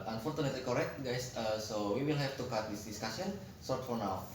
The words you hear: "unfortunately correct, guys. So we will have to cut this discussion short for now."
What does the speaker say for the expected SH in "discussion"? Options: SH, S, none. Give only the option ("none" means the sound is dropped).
S